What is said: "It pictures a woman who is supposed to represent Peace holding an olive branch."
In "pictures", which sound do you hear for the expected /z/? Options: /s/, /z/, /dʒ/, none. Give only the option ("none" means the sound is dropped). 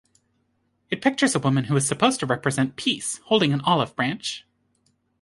/z/